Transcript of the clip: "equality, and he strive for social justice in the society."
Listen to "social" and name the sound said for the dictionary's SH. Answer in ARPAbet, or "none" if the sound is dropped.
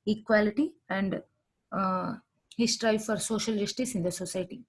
SH